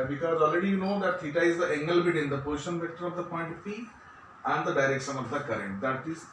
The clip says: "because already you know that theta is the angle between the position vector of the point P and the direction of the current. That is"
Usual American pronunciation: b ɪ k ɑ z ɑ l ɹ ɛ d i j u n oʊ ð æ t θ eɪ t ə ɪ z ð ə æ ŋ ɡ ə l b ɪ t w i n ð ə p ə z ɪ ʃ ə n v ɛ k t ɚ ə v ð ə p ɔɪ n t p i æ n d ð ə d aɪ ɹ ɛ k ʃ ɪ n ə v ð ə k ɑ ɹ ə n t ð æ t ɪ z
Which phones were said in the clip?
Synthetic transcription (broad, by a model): b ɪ k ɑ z ɑ l ɹ ɛ d i j u n oʊ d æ t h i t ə ɪ z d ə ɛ ŋ ɡ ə l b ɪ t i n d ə p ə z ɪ ʃ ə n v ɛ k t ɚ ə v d ə p ɔɪ n t f i æ n d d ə d aɪ ɹ ɛ k ʃ ɪ n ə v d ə k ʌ ɹ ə n t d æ t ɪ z